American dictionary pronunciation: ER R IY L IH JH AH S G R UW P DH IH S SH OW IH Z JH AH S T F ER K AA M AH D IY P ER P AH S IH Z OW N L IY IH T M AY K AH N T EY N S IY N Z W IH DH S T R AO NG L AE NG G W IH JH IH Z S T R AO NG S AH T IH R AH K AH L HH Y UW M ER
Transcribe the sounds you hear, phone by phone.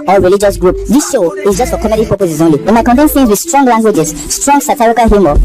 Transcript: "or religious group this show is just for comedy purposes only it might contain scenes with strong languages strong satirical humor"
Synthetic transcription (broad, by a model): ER R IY L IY JH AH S G R UW P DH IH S SH OW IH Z JH AH S T F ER K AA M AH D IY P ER P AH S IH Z OW N L IY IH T M AY K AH N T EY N TH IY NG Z W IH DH S T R AO NG L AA NG G W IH JH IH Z S T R AO NG S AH T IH R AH K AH L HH Y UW M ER